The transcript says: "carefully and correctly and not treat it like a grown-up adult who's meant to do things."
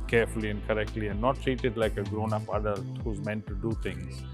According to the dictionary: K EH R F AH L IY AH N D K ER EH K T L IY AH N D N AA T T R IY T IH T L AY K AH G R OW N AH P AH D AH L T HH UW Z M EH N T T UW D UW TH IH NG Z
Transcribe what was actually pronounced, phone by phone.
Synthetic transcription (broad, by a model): K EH R F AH L IY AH N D K ER EH K T L IY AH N N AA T T R IY T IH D L AY K AH G R OW N AH P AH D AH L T HH UW Z M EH N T T UW D UW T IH NG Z